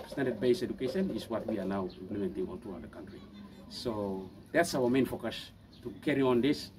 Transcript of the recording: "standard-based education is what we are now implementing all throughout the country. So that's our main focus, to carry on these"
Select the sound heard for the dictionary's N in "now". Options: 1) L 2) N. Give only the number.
1